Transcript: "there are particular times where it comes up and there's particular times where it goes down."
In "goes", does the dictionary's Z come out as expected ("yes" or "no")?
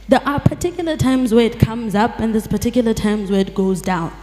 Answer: yes